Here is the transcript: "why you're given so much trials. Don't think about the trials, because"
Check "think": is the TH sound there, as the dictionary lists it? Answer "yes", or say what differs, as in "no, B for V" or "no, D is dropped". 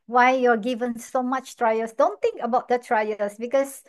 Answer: no, T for TH